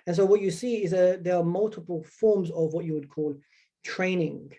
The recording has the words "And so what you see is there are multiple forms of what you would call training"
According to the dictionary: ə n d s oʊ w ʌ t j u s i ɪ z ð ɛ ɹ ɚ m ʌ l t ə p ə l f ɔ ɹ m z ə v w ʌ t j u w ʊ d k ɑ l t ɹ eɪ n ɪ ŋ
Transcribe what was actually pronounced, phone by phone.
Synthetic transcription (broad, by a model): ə n s oʊ w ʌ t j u s i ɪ z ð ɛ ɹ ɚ m ʌ l t ə p ə l f ɔ ɹ m z ə v w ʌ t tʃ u w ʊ d k ɑ l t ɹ eɪ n ɪ ŋ